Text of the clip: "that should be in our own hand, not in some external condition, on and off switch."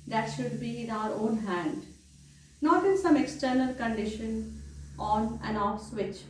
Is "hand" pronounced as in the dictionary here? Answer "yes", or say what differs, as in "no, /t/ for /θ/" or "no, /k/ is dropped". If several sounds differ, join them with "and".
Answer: yes